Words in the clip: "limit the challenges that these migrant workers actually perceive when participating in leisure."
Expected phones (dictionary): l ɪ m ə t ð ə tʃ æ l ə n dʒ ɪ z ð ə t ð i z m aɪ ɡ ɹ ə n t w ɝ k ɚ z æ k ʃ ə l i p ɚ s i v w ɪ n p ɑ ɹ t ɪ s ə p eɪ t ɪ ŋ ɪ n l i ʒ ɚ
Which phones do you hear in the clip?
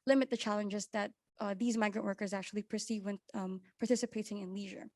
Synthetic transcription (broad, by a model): l ɪ m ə t ð ə tʃ æ l ə n dʒ ɪ z ð ə t ð i z m aɪ ɡ ɹ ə n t w ɝ k ɚ z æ k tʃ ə l i p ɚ s i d w ɪ n p ɑ ɹ t ɪ s ə p eɪ t ɪ ŋ ɪ n l i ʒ ɚ